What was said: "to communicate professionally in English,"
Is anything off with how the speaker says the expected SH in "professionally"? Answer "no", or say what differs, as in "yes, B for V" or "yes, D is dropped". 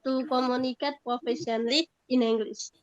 yes, S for SH